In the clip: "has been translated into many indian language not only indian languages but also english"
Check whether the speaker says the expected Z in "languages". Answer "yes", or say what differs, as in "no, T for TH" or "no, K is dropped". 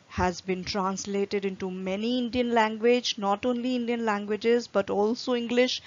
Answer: yes